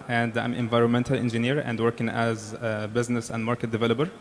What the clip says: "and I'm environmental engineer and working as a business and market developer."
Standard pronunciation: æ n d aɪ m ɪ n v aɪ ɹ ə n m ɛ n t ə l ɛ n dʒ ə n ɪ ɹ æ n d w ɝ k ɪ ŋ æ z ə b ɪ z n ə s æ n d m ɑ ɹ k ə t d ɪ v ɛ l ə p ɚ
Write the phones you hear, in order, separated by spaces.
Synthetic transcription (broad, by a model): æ n d aɪ m ɪ n v aɪ ɹ ə n m ɛ n t ə l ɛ n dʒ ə n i ɹ æ n d w ɝ k ɪ ŋ æ z b ɪ z n ə s æ n d m ɑ ɹ k ə t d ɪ v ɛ l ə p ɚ